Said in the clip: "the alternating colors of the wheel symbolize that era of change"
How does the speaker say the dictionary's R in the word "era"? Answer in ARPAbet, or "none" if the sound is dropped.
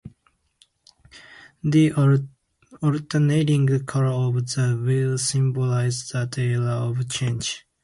L